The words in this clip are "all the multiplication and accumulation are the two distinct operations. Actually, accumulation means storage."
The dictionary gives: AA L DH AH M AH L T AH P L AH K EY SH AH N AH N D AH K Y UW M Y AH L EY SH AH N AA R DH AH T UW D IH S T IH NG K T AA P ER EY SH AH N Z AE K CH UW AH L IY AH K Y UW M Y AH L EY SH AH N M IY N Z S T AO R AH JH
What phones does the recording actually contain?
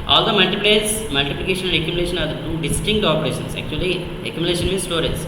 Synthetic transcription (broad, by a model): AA L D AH M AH L T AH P L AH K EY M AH L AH N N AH K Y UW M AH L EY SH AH N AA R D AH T UW D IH S T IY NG K T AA P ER EY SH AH N S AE K CH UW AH L IY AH K Y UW M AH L EY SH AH N M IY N S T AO R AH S